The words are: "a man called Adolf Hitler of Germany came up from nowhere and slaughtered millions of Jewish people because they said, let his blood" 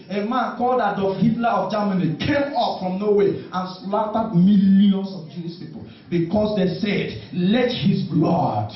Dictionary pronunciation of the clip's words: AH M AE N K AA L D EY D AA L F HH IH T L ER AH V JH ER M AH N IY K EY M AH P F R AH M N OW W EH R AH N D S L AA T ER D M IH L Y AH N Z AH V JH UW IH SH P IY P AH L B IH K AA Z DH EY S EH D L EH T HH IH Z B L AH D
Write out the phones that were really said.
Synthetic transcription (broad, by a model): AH M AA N K AA L D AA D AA F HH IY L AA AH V JH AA M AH N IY K EY M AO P F R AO M N OW W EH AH N S L AA T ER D M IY L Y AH N S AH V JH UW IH S P IY P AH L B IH K AA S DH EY S EH D L EH T HH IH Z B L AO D